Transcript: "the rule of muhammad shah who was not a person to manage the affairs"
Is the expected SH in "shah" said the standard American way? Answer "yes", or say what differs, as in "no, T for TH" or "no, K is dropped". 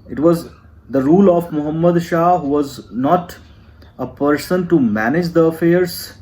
yes